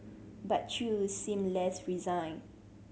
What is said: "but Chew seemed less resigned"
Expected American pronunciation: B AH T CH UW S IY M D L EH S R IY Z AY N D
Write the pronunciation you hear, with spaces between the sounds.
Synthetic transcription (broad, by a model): B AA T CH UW S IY M L EH S R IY Z AY N